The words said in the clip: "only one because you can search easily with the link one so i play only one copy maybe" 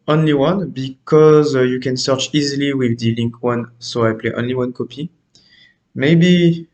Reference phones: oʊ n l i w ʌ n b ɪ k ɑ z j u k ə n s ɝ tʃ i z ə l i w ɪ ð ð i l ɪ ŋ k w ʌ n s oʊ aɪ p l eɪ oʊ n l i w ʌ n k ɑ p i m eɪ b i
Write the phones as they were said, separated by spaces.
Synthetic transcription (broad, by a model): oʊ n l i w ʌ n b ɪ k ɑ z j u k ə n s ɝ tʃ i z ə l i w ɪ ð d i l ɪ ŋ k w ʌ n s oʊ aɪ p l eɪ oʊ n l i w ʌ n k ɑ p i m eɪ b i